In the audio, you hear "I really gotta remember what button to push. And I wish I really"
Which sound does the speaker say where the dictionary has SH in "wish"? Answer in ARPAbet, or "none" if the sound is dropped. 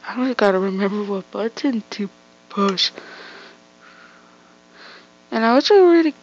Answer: none